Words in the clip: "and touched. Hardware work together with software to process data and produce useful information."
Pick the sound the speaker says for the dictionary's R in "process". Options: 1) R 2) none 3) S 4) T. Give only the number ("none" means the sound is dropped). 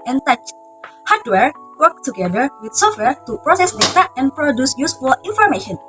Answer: 1